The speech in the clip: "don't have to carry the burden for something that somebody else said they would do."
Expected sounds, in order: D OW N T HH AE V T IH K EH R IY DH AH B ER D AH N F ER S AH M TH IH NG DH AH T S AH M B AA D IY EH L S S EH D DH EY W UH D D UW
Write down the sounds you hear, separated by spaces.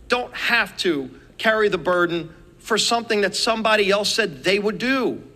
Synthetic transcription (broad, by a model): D OW N T HH AE F T IH K EH R IY DH AH B ER D N F ER S AH M TH IH NG DH AH T S AH M B AA D IY EH L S S EH D DH EY W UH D D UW